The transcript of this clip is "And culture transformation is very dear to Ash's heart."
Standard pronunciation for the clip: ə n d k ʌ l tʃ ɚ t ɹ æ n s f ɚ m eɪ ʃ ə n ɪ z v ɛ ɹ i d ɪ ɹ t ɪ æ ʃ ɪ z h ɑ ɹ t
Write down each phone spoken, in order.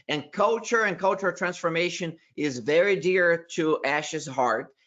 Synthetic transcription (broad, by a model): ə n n k ʌ l tʃ ɚ t ɹ æ n s f ɚ m eɪ ʃ ə n ɪ z v ɛ ɹ i d ɪ ɹ t ɪ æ ʃ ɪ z h ɑ ɹ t